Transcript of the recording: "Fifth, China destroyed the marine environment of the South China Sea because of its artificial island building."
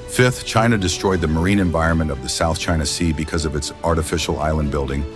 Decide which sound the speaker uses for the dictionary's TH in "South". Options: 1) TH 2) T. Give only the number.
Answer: 1